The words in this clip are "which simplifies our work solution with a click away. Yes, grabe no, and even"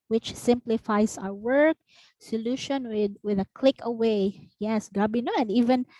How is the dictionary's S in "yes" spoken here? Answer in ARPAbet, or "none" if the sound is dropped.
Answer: S